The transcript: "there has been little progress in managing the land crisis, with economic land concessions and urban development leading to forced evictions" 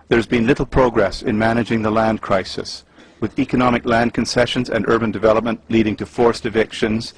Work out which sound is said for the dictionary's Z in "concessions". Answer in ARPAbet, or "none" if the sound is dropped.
Z